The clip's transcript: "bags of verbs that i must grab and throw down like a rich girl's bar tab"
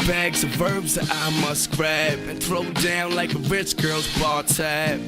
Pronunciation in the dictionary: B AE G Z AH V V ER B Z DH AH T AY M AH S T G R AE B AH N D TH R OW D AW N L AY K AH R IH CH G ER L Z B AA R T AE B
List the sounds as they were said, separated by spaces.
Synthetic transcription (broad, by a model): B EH G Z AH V V ER B Z DH AH T AY M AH S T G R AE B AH N TH R OW D AW N L AY K AH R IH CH G ER L Z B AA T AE